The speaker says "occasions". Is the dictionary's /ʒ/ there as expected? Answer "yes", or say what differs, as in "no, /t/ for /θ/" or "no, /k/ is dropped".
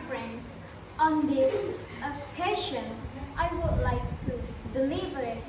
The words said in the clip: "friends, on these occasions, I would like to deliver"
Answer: no, /ʃ/ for /ʒ/